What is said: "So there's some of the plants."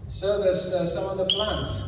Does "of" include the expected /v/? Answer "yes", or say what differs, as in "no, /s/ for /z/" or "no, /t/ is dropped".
yes